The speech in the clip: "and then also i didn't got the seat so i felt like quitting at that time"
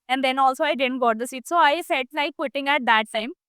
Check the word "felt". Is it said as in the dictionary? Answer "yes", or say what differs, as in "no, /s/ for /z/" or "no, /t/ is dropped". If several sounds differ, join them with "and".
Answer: no, /l/ is dropped